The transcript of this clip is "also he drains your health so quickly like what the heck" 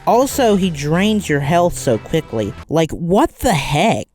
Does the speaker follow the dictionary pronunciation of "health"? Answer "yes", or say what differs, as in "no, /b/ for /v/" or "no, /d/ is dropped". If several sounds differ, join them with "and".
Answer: yes